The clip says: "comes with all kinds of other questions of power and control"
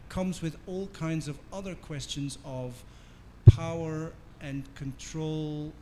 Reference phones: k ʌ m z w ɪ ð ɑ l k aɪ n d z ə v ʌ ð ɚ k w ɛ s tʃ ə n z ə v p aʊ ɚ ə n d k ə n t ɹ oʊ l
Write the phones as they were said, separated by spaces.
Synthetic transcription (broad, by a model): k ʌ m z w ɪ ð ɑ l k aɪ n d z ə v ʌ ð ɚ k w ɛ s tʃ ə n z ə v p aʊ ɚ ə n k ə n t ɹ oʊ l